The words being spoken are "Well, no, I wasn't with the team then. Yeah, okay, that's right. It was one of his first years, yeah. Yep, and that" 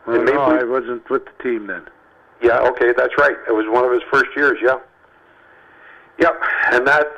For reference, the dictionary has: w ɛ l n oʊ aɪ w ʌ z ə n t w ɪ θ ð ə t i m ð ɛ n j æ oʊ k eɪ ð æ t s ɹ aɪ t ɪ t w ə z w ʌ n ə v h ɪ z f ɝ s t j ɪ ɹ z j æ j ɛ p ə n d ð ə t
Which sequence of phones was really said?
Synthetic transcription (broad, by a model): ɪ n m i aɪ w ʌ z ə n t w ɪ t ð ə t i m ð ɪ n j æ oʊ k eɪ ð æ t s ɹ aɪ t ɪ t w ə z w ʌ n ə v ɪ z f ɝ s t j ɪ ɹ z j æ j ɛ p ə n ð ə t